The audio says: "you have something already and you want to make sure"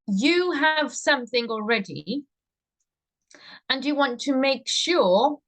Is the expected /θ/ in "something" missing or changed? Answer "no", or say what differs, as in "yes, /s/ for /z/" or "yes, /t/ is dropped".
no